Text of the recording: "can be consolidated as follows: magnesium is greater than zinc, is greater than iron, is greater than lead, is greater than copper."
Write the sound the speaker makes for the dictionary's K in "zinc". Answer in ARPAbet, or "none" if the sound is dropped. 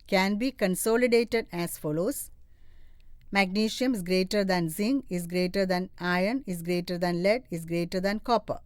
none